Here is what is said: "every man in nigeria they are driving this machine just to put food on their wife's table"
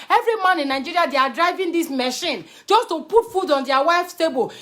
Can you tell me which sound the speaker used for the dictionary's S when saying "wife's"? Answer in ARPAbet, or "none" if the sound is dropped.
S